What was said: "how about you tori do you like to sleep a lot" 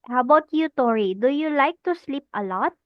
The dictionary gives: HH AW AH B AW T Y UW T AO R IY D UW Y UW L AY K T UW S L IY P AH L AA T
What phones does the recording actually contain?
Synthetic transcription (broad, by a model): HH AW AH B AW T Y UW T AO R IY D UW Y UW L AY K T UW S L IY P AH L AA T